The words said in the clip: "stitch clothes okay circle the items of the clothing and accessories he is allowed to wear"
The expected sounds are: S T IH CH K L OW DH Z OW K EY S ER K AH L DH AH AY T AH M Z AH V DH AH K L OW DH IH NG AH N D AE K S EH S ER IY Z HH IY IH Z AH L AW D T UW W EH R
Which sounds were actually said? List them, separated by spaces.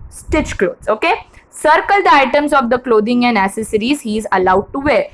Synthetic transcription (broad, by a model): S T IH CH K L OW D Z OW K EY S ER K AH L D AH AY T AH M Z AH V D AH K L OW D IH NG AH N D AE S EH S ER IY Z HH IY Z AH L AW D T UW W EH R